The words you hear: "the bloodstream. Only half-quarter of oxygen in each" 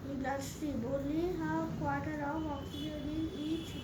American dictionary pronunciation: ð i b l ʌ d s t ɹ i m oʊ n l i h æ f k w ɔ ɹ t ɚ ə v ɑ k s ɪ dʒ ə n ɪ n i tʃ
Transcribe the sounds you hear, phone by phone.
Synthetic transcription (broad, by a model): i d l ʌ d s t i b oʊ l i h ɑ k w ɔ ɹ t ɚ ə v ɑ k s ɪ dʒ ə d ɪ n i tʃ